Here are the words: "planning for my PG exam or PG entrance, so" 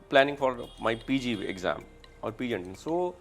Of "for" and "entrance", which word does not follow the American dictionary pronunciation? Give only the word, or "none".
entrance